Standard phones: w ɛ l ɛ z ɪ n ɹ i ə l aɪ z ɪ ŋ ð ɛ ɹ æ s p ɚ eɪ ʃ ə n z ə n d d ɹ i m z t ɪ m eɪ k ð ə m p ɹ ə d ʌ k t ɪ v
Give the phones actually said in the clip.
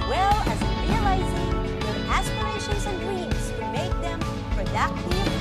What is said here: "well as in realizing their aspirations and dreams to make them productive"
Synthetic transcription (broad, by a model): w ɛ l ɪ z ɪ ɹ i ə l aɪ z ɪ ŋ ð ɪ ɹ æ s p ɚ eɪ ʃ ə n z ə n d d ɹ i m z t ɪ m eɪ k ð ə m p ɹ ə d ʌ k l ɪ